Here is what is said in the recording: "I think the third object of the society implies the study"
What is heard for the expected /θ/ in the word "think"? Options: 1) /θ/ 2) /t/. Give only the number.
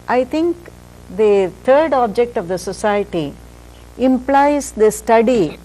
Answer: 2